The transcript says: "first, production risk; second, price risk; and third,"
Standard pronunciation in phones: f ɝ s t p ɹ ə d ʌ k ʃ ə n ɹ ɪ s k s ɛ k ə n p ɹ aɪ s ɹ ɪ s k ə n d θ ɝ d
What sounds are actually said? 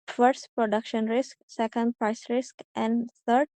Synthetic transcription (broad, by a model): f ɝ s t p ɹ ə d ʌ k ʃ ə n ɹ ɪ s k s ɛ k ə n p ɹ aɪ s ɹ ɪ s k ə n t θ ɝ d